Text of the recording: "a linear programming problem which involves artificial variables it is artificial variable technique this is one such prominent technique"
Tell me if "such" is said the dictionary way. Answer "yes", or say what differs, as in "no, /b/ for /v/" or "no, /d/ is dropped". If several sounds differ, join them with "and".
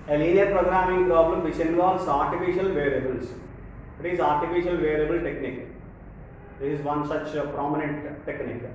yes